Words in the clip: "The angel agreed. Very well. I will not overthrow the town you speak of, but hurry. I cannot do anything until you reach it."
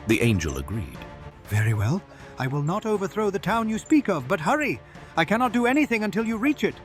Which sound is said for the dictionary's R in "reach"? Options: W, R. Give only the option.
R